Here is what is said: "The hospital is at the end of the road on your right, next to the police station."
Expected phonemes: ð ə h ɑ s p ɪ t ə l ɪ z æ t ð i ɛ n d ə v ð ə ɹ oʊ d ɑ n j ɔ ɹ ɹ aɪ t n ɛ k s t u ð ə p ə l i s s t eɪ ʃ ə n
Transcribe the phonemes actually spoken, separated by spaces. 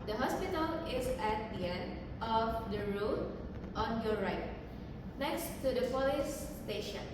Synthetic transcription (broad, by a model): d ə h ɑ s p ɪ t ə l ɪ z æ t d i ɛ n d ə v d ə ɹ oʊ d ɑ n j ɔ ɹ ɹ aɪ t n ɛ k s t u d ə f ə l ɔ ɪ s t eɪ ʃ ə n